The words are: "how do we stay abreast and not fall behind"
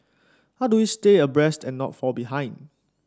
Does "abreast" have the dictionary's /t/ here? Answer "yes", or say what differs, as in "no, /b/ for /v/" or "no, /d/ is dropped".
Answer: yes